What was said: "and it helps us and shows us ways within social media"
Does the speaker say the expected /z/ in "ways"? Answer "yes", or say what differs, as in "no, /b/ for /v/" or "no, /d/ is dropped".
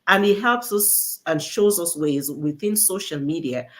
yes